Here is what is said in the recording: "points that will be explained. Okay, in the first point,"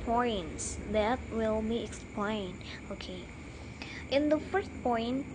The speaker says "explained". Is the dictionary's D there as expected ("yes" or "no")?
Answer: no